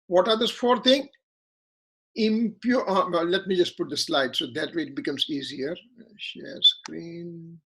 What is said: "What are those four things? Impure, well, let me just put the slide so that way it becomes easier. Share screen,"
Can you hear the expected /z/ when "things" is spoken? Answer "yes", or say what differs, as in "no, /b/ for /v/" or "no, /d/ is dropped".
no, /z/ is dropped